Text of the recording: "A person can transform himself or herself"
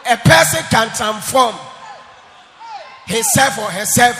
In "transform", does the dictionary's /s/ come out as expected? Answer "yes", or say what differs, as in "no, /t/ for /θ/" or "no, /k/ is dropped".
no, /s/ is dropped